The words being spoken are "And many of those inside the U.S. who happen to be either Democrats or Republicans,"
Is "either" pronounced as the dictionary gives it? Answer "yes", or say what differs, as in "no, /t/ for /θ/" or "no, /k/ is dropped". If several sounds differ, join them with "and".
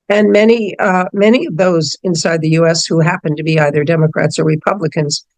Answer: yes